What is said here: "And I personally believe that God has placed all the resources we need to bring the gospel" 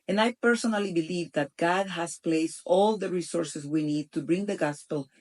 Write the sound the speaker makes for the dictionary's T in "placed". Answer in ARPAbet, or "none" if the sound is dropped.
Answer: T